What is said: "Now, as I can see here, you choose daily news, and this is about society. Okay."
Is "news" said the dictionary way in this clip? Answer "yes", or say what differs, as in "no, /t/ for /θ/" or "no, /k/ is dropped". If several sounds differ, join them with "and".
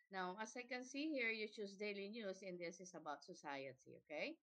no, /s/ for /z/